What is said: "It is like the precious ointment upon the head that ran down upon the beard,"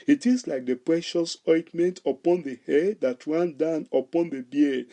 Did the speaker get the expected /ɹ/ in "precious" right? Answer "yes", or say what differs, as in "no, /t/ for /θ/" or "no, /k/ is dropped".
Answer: yes